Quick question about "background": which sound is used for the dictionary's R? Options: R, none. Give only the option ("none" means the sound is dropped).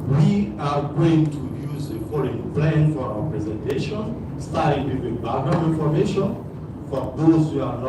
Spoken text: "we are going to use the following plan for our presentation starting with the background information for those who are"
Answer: none